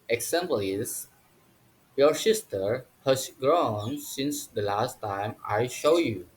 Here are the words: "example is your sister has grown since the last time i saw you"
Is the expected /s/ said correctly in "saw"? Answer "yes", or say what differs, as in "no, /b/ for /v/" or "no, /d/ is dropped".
no, /ʃ/ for /s/